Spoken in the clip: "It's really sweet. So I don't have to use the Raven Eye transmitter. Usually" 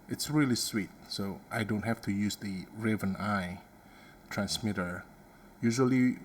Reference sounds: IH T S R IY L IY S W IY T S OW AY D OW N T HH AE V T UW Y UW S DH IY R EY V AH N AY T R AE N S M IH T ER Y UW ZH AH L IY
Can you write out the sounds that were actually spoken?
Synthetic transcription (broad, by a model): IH T S R IY L IY S W IY T S OW AY D OW N T HH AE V T UW Y UW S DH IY R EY V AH N AY T R AE N S M IH T ER Y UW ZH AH L IY